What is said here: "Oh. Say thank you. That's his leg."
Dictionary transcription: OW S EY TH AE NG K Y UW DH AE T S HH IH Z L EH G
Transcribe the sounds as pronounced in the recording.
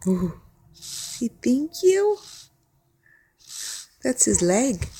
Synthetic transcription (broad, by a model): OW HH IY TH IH NG K Y UW DH AE T S HH IH Z L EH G